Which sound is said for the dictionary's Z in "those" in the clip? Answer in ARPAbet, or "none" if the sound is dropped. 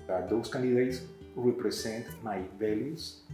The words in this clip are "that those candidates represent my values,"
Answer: S